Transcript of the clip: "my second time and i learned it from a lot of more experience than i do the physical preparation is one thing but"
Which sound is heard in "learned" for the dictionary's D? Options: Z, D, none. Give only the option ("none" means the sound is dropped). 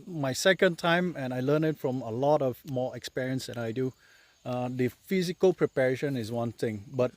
none